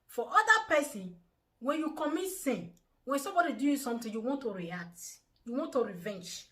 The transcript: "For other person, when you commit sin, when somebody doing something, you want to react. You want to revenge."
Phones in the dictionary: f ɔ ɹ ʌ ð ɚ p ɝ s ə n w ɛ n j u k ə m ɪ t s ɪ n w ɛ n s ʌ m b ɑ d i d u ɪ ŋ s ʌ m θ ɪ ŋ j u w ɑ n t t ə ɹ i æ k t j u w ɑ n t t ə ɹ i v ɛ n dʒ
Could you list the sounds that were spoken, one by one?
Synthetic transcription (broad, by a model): f ɔ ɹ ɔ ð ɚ p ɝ s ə n w ɛ n j u k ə m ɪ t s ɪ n w ɛ n s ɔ m b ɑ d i d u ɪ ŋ s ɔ m t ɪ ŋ j u w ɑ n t t ə ɹ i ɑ k t j u w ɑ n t t ə ɹ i v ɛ n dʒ